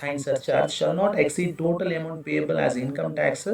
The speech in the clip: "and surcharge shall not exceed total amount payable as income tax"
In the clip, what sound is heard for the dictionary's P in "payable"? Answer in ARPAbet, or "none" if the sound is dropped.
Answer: P